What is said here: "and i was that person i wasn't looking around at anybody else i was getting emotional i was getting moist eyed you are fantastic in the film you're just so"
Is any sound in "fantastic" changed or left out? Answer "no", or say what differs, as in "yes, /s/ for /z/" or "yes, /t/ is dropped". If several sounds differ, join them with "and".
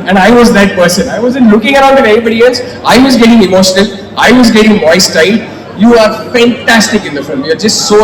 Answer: no